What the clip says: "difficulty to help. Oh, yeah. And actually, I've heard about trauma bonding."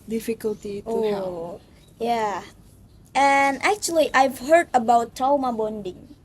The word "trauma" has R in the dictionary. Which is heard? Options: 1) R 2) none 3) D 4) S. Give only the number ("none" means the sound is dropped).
2